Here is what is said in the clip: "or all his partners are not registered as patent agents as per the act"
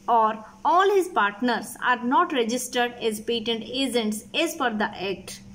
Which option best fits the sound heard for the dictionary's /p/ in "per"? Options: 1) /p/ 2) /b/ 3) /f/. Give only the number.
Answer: 3